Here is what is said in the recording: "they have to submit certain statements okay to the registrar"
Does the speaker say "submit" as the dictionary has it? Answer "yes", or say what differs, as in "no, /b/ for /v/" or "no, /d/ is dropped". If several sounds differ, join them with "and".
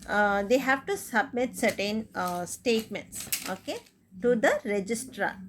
yes